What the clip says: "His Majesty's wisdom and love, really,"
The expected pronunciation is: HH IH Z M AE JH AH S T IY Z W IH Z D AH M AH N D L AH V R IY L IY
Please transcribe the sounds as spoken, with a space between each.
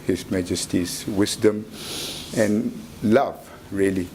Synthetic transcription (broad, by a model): HH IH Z M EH JH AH S T IY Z W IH S D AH M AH N L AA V R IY L IY